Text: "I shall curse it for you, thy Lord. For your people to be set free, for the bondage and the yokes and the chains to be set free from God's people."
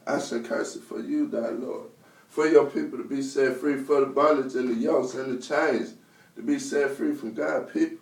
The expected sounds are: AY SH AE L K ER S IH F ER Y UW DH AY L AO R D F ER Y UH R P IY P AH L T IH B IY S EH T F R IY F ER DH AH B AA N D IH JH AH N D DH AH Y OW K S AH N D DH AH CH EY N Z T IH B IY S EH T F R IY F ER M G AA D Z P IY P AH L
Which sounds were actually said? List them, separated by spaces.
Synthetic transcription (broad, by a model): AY S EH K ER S IH F ER Y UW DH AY L AO R D F ER Y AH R P IY P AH L T IH B IY S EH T F R IY F ER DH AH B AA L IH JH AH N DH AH Y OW S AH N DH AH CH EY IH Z T IH B IY S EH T F R IY F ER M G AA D P IY P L